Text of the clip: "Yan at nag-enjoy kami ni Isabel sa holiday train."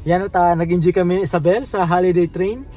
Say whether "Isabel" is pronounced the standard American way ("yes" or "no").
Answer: no